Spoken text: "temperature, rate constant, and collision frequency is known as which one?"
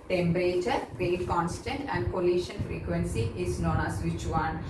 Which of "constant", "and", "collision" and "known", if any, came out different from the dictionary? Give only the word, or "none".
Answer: collision